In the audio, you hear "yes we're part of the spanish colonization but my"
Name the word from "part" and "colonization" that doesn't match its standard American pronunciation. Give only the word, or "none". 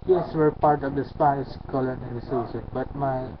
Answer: colonization